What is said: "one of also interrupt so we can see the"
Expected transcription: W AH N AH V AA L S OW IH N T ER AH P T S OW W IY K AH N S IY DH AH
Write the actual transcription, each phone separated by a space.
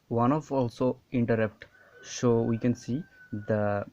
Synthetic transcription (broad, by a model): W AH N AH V AA L S OW IH N T ER AH P T SH OW W IY K AH N S IY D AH